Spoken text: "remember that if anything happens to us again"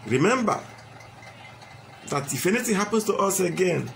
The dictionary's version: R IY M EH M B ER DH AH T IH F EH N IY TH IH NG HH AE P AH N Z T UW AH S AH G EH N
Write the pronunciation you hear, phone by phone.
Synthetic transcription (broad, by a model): R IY M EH M B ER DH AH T IH F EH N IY T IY HH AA P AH N S T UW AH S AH G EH N